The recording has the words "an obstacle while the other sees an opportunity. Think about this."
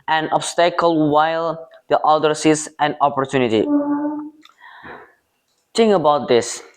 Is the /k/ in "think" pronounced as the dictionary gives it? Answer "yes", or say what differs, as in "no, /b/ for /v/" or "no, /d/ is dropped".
no, /k/ is dropped